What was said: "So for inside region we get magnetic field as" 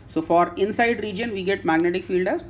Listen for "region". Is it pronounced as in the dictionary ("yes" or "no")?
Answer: yes